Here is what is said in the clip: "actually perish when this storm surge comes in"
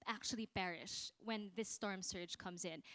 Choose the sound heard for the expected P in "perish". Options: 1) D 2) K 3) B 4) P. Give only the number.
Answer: 3